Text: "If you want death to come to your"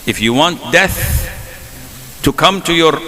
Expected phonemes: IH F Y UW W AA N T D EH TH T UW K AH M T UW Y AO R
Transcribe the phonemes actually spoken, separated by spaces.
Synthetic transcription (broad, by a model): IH F Y UW W AA N T D EH TH T UW K AH M T UW Y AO R